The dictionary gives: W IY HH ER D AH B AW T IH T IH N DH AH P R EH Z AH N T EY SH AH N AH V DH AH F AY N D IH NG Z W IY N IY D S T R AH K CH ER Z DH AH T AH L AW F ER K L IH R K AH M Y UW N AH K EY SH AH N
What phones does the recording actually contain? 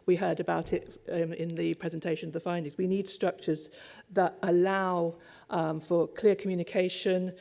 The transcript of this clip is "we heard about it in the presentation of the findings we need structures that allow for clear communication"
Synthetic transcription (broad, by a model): W IY HH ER D AH B AW T IH T IH N DH AH P R EH Z AH N T EY SH AH N AH V DH AH F AY N D IH NG Z W IY N IY D S T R AH K CH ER Z DH AH T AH L AW F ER K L IH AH K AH M Y UW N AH K EY SH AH N